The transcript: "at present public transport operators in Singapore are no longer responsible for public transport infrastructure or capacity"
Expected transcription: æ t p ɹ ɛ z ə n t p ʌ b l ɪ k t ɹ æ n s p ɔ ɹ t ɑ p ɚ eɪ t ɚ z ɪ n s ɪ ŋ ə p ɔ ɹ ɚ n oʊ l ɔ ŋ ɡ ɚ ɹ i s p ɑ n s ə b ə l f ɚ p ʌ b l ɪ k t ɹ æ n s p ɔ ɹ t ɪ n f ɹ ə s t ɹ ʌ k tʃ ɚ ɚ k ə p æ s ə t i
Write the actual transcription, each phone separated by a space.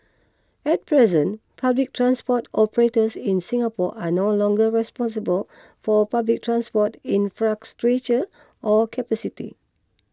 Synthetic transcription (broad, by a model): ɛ t p ɹ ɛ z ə n p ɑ b l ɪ k t ɹ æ n s p ɔ t ɑ p ɚ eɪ t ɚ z ɪ n s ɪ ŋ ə p ɔ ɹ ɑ n oʊ l ɔ ŋ ɡ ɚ ɹ i s p ɑ n s ə b ə l f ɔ p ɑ b l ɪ k t ɹ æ n s p ɔ t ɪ n f ɹ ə s t ɹ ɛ tʃ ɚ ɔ k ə p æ s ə t i